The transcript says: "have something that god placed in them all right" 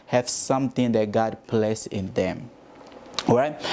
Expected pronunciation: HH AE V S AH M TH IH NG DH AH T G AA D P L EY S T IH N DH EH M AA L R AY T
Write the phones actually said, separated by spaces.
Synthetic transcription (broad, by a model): HH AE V S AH M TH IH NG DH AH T G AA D P L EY S IH N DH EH M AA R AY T